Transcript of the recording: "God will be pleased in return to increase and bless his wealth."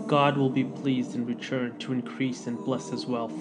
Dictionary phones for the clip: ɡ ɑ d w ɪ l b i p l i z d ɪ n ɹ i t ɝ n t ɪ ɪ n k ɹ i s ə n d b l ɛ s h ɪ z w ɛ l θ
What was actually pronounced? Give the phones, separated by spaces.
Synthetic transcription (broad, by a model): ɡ ɑ d w ɪ l b i p l i z d ɪ n ɹ i t ɝ n t ɪ ɪ n k ɹ i s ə n b l ɛ s h ɪ z w ɛ l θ